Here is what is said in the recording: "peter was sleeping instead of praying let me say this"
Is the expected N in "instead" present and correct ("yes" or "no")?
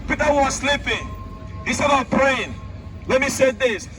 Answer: no